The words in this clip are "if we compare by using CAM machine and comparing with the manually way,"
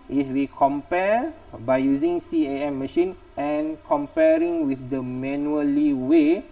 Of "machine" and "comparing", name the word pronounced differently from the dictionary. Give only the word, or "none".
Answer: none